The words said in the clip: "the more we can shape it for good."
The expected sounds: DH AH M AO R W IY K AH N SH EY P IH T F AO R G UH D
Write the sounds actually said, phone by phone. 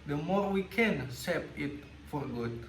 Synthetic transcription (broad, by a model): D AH M AO R W IY K AH N S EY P IH T F AO R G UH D